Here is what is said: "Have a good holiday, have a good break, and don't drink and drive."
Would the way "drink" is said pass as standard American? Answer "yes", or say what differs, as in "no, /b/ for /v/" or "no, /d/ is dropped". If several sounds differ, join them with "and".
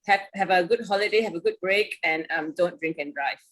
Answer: yes